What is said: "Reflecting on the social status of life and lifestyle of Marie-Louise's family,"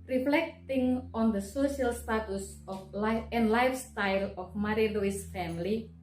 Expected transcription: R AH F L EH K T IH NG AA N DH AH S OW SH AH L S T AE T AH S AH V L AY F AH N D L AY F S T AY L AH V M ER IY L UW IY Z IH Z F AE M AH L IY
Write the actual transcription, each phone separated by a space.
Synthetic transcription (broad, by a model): R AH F L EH K T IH NG AA N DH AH S OW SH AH L S T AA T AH S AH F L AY AH N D L AY F S T AY L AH F M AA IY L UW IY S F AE M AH L IY